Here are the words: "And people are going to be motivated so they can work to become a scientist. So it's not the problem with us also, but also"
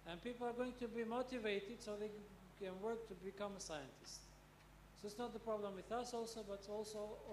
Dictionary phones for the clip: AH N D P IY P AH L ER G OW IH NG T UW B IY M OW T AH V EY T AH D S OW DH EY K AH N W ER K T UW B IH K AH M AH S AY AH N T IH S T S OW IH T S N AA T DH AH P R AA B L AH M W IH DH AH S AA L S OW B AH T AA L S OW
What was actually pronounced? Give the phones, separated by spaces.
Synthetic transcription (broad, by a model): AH N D P IY P L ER G OW IH NG T UW B IY M OW T AH V EY T AH D S OW DH EY K AH N W ER K T UW B IH K AH M AH S AY AH N T IH S T S OW IH T S N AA T DH AH P R AA B L AH M W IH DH AH S AA L S OW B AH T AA L S OW